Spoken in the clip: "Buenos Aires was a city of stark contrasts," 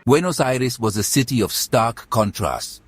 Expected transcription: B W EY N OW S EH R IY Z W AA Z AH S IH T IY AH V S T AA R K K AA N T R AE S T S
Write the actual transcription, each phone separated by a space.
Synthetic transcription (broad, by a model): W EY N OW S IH R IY S W AA Z AH S IH T IY AH V S T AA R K K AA N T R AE S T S